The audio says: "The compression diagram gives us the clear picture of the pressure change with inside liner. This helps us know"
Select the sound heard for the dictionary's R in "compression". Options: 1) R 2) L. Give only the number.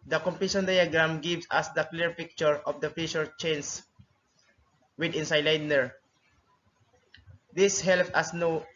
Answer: 2